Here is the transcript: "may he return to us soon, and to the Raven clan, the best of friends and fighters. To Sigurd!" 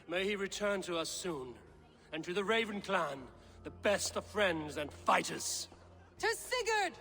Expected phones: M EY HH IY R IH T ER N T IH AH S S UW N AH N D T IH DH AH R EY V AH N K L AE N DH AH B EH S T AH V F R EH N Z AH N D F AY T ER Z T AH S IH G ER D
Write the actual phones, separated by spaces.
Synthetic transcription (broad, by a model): M EY HH IY R IH T ER N T IH AH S S UW N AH N T IH DH AH R EY V AH N K L AE N DH AH B EH S T AH V F R EH N Z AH N F AY T ER Z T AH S IH G ER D